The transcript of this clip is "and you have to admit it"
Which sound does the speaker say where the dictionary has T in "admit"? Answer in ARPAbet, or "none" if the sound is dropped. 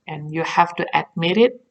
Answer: T